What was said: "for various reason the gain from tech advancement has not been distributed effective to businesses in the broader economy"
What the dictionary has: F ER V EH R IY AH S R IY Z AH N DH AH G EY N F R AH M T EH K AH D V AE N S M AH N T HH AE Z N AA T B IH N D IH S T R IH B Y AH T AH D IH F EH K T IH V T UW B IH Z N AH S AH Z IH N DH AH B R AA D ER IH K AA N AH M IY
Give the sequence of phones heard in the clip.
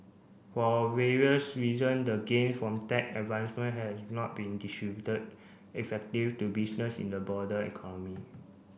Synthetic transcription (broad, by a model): F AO V EH R IY AH S R IY Z AH N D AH G EY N F R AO M T EH K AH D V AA N S M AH N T HH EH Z N AA T B IH N D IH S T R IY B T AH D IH F EH K T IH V T UW B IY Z N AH S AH N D AH B AA D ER IH K AA N AH M IY